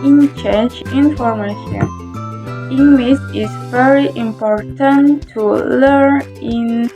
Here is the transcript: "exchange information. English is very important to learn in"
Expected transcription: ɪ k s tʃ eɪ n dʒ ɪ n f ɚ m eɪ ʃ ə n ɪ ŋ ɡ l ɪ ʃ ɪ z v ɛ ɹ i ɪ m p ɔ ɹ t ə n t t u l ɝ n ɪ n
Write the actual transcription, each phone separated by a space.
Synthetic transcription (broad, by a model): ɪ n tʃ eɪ n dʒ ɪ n f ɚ m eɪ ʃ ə n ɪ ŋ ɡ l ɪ s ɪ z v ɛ ɹ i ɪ m p ɔ ɹ t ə n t t u l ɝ n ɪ n